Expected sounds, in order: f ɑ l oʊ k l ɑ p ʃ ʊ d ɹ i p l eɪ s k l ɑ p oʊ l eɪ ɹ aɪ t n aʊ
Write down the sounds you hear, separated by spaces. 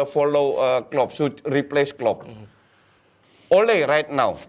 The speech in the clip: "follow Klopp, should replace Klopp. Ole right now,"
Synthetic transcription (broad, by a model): f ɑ l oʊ k l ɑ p s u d ɹ i p l eɪ s k l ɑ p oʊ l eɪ ɹ aɪ t n aʊ